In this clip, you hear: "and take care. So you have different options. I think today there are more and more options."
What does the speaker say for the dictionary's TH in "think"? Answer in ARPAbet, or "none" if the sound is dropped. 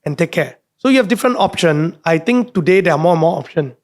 T